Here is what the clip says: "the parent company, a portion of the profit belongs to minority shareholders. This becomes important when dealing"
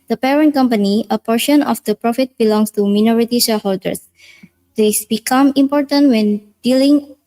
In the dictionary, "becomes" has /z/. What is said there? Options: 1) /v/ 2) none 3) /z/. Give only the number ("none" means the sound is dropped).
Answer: 2